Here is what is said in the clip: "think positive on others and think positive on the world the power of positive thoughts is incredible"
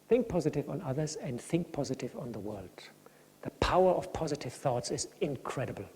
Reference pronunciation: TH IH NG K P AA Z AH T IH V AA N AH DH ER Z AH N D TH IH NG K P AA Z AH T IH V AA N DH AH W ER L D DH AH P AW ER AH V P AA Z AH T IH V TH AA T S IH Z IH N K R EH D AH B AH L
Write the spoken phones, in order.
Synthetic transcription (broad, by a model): TH IH NG K P AA Z AH T IH V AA N AH DH ER Z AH N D TH IH NG K P AA Z AH T IH V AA N DH AH W ER L D DH AH P AW ER AH V P AA Z AH T IH V TH AA T S IH Z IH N K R EH D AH B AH L